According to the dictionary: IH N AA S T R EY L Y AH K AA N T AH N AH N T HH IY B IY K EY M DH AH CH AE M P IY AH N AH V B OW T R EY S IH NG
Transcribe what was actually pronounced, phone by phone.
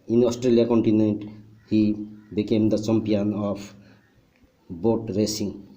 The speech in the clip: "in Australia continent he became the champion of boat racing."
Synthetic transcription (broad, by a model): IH N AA S T R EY L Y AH K AA N T AH N AH N T HH IY B IY K EY M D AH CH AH M P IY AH N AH P B OW T R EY S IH NG